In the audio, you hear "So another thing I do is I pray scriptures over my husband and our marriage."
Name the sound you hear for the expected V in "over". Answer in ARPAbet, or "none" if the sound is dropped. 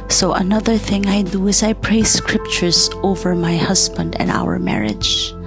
V